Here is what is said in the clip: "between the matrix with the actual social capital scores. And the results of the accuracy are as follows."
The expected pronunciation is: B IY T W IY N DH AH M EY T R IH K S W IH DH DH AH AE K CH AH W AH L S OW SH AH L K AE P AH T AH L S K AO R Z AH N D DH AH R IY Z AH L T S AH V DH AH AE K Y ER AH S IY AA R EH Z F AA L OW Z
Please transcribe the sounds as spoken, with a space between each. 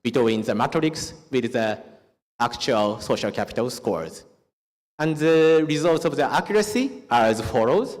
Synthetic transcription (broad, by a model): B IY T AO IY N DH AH M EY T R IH K S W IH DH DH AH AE K CH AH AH L S OW SH AH L K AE P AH T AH L S K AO R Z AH N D DH AH R IY Z AH L T S AH V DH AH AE K Y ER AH S IY AA R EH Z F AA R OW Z